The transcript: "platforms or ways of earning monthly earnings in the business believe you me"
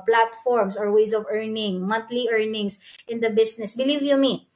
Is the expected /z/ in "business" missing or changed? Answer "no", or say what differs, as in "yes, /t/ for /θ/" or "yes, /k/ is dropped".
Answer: yes, /s/ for /z/